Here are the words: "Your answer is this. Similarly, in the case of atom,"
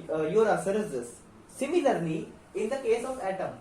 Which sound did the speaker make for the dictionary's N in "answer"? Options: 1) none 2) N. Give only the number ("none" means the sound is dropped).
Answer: 1